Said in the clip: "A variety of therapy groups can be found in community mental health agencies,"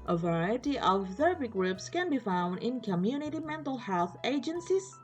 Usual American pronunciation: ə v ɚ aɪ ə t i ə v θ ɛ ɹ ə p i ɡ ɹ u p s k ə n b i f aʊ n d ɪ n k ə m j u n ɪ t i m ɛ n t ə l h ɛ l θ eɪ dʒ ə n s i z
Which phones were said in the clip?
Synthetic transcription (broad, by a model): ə v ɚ aɪ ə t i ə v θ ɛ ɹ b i ɡ ɹ u p s k ə n b i f aʊ n d ɪ n k ə m j u n ɪ t i m ɛ n t ə l h ɛ l θ eɪ dʒ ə n s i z